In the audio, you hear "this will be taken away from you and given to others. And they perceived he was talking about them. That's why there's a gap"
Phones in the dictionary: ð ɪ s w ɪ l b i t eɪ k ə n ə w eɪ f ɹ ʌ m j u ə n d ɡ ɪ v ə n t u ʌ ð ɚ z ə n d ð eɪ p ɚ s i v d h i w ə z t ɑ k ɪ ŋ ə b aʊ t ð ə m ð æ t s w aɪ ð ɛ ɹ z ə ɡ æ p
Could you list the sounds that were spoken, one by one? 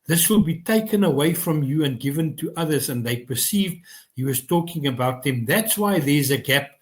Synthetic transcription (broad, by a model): ð ɪ s w ɪ l b i t eɪ k ə n ə w eɪ f ɹ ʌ m j u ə n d ɡ ɪ v ə n t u ʌ ð ɚ z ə n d ð eɪ p ɚ s i v d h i w ə z t ɑ k ɪ ŋ ə b aʊ t ð ə m ð æ t s w aɪ ð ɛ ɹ z ə ɡ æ p